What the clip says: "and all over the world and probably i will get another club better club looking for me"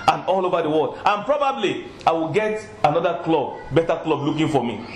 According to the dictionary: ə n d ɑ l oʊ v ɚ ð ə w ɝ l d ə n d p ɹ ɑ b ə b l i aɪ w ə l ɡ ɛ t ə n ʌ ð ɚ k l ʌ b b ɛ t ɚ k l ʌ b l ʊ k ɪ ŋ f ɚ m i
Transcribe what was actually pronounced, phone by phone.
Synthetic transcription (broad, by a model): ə n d ɑ l oʊ v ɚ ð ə w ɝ l d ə n p ɹ ɑ b ə b l i aɪ w ə l ɡ ɛ t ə n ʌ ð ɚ k l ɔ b b ɛ t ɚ k l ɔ b l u k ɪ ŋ f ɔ m i